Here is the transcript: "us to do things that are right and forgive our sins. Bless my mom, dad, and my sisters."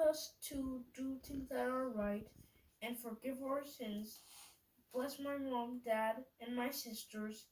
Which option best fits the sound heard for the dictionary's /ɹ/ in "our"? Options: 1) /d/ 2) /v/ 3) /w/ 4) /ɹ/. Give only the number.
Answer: 4